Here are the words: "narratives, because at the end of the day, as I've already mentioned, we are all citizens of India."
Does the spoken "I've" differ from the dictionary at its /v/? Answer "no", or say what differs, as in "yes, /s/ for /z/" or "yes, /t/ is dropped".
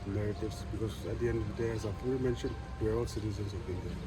yes, /p/ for /v/